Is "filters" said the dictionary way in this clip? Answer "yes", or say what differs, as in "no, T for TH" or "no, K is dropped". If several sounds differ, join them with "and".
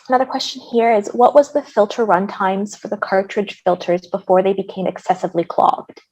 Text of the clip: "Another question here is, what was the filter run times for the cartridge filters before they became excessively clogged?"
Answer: yes